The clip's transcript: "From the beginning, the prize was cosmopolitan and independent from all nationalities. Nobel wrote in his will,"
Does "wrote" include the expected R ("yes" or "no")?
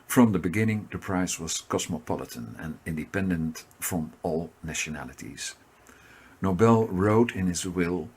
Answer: yes